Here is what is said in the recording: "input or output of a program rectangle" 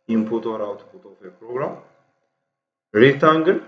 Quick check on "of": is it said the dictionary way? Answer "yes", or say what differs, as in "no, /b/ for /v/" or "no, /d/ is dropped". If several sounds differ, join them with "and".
no, /f/ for /v/